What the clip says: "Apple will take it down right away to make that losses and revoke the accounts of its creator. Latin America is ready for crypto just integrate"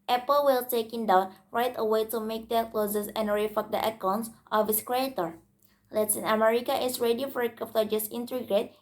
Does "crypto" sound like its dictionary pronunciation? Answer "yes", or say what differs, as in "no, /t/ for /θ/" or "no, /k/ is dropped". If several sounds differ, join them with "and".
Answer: no, /ɹ/ is dropped and /f/ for /p/